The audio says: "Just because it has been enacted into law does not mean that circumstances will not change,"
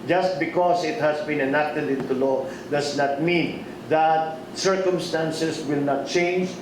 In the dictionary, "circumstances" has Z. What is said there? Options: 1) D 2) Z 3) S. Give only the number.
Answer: 3